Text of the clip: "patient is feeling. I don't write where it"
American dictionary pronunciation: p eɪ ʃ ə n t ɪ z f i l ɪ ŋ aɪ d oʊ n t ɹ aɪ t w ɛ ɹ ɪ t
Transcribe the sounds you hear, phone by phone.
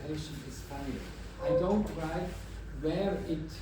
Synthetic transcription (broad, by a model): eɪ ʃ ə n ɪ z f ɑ n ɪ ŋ aɪ d oʊ n t ɹ aɪ t w ɛ ɹ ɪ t